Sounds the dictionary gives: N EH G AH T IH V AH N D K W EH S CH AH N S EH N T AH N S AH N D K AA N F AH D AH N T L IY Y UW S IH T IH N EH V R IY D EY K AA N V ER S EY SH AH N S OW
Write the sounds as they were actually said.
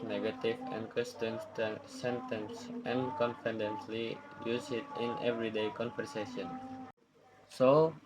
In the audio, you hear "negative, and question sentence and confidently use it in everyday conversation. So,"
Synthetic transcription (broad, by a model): N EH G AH T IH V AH N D K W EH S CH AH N S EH N T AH N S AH N K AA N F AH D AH N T L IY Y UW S IH T IH N EH V R IY D EY K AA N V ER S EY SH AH N S OW